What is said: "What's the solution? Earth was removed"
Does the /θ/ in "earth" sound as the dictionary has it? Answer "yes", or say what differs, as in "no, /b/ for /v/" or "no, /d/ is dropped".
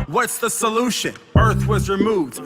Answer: yes